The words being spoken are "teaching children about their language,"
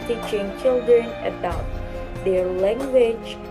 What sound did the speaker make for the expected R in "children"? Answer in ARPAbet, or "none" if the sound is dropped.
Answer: R